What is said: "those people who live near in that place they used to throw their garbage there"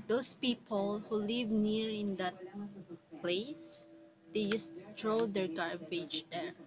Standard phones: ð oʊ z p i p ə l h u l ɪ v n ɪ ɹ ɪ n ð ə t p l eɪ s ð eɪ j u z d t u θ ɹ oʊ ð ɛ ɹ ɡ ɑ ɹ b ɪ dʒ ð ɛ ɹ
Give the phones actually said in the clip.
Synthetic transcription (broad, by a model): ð oʊ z p i p ə l h u l ɪ v n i ɹ ɪ n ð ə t p l eɪ s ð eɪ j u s t u t ɹ oʊ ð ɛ ɹ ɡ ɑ ɹ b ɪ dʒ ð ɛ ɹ